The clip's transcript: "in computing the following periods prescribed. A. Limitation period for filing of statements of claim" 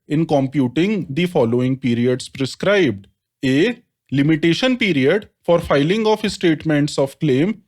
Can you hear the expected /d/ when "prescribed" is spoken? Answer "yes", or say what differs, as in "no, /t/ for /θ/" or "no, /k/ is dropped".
yes